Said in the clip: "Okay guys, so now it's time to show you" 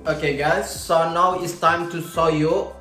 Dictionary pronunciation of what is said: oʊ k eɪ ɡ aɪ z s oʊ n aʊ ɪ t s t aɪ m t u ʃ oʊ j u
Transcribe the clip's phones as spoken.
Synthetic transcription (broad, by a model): oʊ k eɪ ɡ aɪ s oʊ n aʊ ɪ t s t aɪ m t u s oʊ j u